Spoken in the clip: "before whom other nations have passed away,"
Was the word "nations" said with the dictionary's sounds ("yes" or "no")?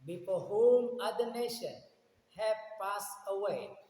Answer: no